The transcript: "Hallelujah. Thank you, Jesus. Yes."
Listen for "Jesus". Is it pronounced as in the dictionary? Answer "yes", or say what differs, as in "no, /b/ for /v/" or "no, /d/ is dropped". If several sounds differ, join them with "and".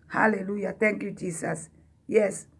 no, /s/ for /z/